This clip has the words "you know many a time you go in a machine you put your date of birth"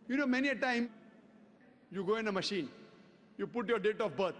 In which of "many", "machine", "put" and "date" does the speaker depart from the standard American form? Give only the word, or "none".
none